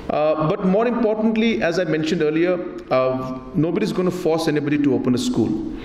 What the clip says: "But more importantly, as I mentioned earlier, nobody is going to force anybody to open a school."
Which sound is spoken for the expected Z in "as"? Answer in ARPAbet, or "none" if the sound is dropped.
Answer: Z